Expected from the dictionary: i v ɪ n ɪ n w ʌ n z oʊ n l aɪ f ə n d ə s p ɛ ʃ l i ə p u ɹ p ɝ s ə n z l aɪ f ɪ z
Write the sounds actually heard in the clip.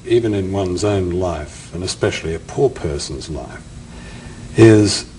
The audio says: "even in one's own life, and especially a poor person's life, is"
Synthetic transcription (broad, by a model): i v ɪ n ɪ n w ʌ n z oʊ n l aɪ f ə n ə s p ɛ ʃ l i ə p u ɹ p ɝ s n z l aɪ f ɪ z